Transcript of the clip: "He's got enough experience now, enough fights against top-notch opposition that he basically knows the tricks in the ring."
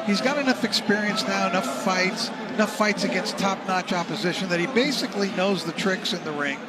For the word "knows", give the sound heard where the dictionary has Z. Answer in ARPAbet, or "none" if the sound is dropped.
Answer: Z